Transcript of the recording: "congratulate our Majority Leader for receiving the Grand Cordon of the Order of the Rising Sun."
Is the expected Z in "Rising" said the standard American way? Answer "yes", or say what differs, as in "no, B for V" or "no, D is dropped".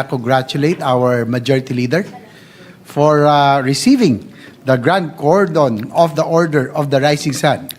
no, S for Z